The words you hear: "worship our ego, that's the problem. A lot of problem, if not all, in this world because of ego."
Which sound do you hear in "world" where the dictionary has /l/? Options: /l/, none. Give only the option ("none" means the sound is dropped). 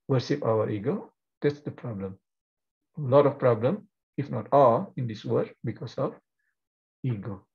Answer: none